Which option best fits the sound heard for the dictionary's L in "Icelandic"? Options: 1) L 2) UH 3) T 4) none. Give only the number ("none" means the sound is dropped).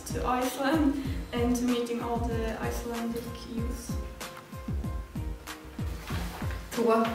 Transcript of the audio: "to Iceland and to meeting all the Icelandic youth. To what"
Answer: 1